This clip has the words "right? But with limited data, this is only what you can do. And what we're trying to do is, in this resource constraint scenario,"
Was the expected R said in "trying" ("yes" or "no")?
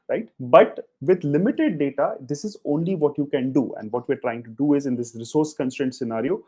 yes